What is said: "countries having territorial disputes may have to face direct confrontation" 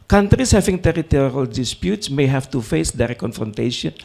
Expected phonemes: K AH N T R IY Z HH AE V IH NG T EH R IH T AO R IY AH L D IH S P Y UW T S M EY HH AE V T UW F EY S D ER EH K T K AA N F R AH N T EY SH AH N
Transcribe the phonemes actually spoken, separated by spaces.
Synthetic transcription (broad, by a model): K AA N T R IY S HH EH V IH NG T EH R IH T AO R IY AH L D IH S P Y UW T S M EY HH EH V T UW F EY S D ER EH T K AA N F R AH N T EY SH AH N